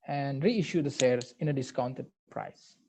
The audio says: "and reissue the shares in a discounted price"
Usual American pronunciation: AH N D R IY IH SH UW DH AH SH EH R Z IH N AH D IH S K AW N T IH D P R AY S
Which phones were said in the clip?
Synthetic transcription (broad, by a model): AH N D R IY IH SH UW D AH S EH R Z IH N AH D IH S K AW N T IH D P R AY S